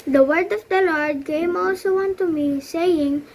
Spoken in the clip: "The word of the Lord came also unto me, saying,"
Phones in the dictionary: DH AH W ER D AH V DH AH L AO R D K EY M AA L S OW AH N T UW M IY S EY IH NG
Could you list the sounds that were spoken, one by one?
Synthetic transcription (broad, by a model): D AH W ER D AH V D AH L AO R D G EY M AA L S OW AH N T UW M IY S EY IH NG